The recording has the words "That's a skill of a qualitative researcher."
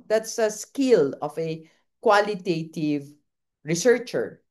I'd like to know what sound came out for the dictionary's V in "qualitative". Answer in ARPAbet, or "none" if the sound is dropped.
V